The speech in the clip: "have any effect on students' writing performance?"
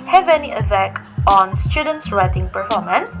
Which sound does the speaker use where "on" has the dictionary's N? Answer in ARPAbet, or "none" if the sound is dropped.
N